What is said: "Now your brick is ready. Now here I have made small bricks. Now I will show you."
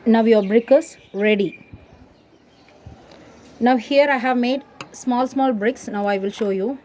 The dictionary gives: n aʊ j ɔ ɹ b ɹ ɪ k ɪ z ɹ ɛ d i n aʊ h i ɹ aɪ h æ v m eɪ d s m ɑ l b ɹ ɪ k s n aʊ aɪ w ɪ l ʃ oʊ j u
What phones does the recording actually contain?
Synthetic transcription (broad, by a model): n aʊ j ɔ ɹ b ɹ ɪ k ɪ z ɹ ɛ d i n aʊ h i ɹ aɪ h æ v m eɪ d s m ɑ l b ɹ ɪ k s n aʊ aɪ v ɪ l ʃ oʊ j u